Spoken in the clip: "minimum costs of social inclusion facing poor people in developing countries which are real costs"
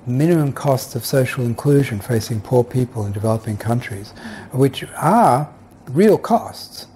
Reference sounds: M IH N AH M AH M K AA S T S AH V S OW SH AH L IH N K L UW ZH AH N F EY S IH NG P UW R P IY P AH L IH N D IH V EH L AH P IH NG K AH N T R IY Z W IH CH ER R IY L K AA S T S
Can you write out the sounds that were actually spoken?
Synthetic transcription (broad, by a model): M IH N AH M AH M K AA S T S AH V S OW SH L IH N K L UW ZH AH N F EY S IH NG P UW R P IY P AH L IH N D IH V EH L AH P IH NG K AH N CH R IY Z W IH CH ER R IY L K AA S T S